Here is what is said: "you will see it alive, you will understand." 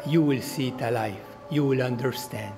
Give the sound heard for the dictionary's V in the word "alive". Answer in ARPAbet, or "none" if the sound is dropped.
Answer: F